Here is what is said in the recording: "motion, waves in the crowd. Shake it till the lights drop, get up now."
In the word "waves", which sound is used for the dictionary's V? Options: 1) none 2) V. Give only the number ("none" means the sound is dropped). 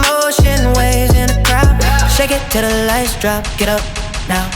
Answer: 1